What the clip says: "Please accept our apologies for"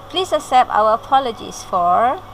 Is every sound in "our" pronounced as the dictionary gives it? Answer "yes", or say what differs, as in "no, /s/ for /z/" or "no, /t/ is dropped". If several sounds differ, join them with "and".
no, /w/ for /ɹ/